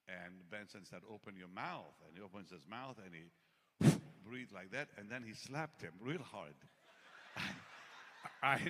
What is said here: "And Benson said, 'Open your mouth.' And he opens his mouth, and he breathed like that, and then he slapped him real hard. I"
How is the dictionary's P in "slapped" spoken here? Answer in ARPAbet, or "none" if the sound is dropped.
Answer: P